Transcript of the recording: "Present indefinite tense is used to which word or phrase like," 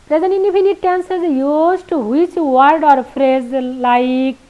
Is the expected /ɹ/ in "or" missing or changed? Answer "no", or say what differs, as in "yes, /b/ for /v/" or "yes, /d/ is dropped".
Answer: no